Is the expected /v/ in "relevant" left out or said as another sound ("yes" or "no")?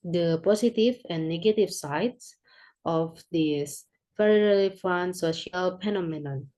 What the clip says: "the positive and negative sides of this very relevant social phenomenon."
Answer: yes